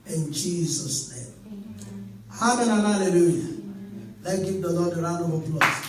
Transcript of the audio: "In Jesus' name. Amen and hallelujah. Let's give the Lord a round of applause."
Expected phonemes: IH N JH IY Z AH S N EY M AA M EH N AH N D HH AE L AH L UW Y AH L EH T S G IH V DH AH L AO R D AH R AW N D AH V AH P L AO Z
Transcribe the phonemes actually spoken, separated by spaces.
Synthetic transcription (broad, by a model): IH N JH IY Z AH S N EY M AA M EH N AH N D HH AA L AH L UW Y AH L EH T G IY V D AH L AO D AH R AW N AH W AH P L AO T